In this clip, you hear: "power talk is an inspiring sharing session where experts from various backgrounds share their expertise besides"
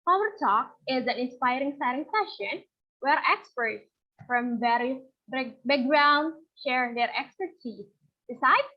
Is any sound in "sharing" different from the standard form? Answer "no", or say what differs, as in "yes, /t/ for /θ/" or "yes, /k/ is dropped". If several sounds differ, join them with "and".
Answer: yes, /s/ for /ʃ/